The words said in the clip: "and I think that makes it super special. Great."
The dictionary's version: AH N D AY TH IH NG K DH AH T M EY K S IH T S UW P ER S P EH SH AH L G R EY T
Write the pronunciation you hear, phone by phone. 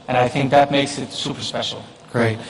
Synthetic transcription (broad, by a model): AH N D AY TH IH NG K DH AH T M EY K S IH T S UW P ER S P EH SH L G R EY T